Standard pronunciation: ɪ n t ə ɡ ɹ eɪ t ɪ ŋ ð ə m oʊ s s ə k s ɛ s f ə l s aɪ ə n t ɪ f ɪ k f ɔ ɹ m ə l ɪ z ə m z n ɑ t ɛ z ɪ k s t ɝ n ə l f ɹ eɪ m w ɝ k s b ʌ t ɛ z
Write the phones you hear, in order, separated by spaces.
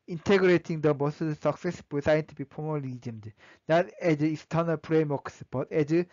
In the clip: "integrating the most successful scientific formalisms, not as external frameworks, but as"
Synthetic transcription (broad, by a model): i n t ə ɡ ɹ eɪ t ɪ ŋ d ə m oʊ s s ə k s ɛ s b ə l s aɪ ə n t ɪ p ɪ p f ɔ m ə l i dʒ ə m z n ɑ t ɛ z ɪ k s t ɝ n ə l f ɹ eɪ m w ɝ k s b ʌ t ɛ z